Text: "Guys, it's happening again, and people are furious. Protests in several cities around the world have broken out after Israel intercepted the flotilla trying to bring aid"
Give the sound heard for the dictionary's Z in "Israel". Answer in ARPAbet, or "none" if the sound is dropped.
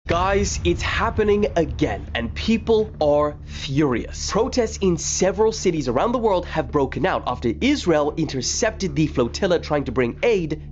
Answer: Z